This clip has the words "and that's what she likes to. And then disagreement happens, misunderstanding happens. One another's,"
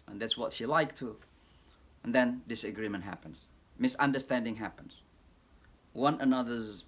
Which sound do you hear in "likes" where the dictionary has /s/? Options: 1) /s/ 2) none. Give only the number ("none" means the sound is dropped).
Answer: 2